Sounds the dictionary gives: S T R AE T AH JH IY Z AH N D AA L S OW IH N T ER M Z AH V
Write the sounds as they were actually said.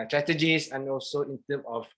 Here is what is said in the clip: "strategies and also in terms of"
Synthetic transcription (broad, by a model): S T R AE T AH JH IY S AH N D AA L S OW IH N T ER M AH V